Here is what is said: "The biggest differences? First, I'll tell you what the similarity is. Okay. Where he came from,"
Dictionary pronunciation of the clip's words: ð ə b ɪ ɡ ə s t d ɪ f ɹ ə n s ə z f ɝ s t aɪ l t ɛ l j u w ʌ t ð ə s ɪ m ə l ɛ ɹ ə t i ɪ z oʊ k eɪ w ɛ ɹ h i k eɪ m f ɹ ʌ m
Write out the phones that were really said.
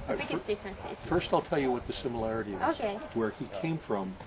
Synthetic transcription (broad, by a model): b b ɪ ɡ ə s d ɪ f ɹ ə n s ə z f ɝ s t aɪ l t ɛ l j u w ʌ t ð ə s ɪ m ə l ɛ ɹ ə t i ɪ z oʊ k eɪ w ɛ ɹ i k eɪ m f ɹ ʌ m